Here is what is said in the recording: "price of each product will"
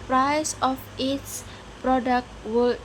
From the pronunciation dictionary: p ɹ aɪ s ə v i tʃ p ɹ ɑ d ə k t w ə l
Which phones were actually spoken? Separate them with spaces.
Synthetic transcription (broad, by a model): p ɹ aɪ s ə f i s p ɹ ɑ d ə k t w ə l